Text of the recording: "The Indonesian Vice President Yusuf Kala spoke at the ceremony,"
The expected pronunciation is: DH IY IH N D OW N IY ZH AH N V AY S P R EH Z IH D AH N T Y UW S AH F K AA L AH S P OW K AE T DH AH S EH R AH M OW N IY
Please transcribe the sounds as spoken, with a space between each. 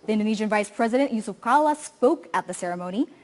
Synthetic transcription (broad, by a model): DH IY IH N D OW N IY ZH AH N V AY S P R EH Z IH D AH N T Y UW S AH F K AA L AH S P OW K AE T DH AH S EH R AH M OW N IY